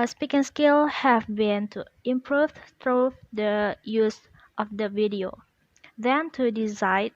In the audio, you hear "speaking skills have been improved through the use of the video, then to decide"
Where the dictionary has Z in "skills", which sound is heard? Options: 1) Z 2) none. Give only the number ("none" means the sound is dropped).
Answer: 2